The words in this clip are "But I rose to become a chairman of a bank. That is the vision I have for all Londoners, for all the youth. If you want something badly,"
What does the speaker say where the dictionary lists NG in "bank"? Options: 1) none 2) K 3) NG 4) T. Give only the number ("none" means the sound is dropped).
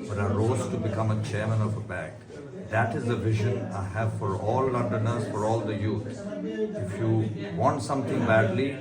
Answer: 1